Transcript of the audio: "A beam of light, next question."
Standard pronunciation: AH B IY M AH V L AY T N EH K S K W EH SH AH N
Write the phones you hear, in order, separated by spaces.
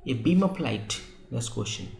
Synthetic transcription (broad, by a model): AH B IY M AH P L AY T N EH S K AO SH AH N